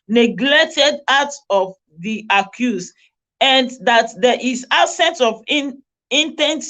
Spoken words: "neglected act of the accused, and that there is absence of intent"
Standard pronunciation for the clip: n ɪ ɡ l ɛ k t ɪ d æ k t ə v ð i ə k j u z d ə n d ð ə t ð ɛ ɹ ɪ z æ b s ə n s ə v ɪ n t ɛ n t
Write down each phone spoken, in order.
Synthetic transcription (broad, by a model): n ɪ ɡ l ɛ k t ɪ d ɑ t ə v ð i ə k j u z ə n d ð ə t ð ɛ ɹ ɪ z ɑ s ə n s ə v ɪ n t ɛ n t